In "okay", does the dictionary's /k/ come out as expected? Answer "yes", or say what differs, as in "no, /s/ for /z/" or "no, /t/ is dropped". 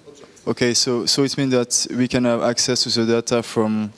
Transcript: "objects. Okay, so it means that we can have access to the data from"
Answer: no, /k/ is dropped